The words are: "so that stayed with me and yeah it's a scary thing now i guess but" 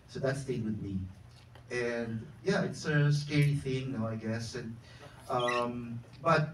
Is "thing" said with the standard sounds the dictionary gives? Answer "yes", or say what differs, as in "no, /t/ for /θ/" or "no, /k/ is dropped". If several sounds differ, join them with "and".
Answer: yes